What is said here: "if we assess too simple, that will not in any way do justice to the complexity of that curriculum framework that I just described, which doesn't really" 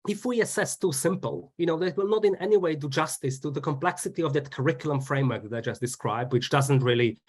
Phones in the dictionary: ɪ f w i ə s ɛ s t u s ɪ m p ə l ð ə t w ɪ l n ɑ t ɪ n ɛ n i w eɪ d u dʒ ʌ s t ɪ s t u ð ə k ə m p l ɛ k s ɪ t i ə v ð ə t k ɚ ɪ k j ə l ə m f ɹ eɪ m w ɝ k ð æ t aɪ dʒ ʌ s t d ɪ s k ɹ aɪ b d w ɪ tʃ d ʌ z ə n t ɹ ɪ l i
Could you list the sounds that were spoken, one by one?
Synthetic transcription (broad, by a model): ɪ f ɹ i ə s ɛ s t u s ɪ m p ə n ð ə t w ɪ l n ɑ t ɪ n ɛ n i w eɪ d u dʒ ʌ s t ɪ s t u ð ə k ə m p l ɛ k s ɪ t i ə v ð ə t k ɚ ɪ k j ə l ə m f ɹ eɪ m w ɝ k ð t aɪ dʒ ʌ s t d ɪ s k ɹ aɪ b d w ɪ tʃ d ʌ z ə n t ɹ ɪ l i